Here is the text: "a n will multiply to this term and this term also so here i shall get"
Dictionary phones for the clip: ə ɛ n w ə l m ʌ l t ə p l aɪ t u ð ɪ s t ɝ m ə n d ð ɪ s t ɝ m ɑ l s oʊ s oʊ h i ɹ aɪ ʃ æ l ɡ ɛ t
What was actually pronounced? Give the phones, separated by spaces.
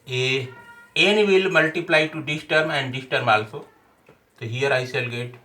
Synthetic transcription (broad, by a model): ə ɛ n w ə l m ʌ l t ə p l aɪ t u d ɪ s t ɝ m ə n d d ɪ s t ɝ m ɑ l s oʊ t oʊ h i ɹ aɪ s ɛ l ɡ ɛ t